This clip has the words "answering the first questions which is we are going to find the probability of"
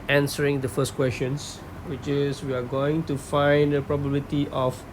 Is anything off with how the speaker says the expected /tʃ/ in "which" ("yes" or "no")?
no